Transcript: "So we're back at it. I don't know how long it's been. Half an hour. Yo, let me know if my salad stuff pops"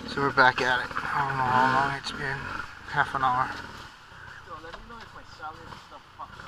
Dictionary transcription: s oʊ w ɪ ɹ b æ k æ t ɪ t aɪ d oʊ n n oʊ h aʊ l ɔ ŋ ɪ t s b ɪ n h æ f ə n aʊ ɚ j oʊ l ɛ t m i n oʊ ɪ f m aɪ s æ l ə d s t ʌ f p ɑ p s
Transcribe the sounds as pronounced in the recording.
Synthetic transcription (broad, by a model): s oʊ w ɪ ɹ b æ k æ t ɪ t aɪ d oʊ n n oʊ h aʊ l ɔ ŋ ɪ t s b ɪ n h æ f ə n aʊ ɚ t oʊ l ɛ t m i n oʊ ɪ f m aɪ s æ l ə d s t ʌ f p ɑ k